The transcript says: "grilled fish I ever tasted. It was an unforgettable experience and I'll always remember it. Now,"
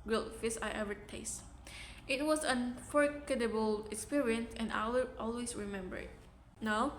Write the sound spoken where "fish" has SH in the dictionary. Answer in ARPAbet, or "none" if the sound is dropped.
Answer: S